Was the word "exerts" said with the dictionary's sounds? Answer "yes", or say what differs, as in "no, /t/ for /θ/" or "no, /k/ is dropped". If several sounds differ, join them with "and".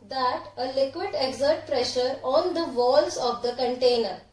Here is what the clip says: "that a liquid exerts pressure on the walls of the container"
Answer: no, /s/ is dropped